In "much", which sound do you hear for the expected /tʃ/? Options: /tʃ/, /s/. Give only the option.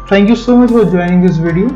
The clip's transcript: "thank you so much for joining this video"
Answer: /tʃ/